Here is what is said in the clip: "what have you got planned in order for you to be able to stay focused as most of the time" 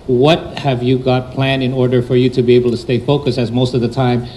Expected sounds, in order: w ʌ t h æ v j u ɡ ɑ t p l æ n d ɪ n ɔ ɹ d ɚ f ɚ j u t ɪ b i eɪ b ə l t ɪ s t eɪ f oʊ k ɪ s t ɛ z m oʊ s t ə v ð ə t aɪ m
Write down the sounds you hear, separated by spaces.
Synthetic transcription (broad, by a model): w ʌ t h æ v j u ɡ ɑ t p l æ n ɪ n ɔ ɹ d ɚ f ɚ j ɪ t ɪ b i eɪ b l t ɪ s t eɪ f oʊ k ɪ s ɪ z m oʊ s t ə v ð ə t aɪ m